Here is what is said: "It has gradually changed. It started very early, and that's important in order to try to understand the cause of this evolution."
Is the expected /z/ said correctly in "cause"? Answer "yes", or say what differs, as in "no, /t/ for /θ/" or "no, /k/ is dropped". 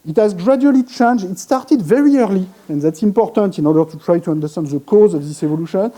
yes